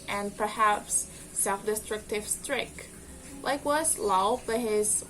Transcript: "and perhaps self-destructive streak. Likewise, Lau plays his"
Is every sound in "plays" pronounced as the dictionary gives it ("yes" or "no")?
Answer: no